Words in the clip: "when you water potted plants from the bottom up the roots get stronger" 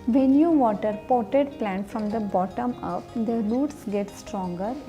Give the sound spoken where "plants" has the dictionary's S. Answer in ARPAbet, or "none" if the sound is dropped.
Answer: none